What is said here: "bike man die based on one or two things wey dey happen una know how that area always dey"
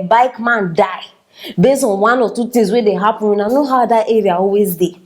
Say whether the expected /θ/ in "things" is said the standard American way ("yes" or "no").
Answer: no